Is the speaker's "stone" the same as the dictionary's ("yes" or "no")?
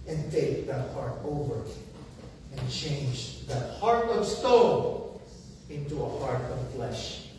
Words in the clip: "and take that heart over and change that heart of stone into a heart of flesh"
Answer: no